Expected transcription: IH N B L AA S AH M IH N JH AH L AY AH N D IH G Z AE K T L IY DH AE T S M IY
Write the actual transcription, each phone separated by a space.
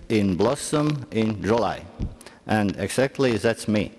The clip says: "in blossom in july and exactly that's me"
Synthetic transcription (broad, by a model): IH N B L AA S AH M IH N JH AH L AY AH N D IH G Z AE K T L IY DH AE T S M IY